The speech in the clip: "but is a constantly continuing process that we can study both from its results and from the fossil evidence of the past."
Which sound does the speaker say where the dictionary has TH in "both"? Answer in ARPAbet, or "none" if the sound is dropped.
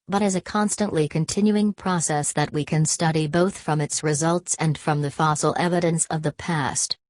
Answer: TH